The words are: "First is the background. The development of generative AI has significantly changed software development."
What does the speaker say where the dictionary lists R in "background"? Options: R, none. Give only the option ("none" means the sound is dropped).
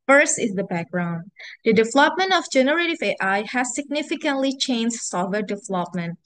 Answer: R